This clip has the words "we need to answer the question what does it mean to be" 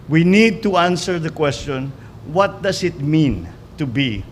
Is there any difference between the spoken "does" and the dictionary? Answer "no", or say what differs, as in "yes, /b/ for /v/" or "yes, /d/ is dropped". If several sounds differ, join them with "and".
yes, /s/ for /z/